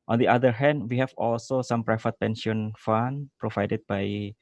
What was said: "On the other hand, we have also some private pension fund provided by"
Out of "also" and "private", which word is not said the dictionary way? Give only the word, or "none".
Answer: private